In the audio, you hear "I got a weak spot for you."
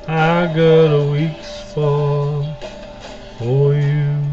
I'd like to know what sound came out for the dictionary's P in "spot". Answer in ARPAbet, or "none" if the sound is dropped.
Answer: F